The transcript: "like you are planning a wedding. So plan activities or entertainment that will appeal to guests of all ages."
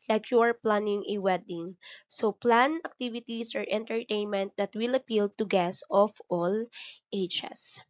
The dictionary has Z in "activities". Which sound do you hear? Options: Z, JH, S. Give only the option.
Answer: S